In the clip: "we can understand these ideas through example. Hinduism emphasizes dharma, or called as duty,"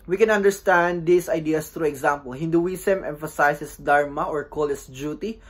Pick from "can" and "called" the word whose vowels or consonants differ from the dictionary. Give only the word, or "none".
called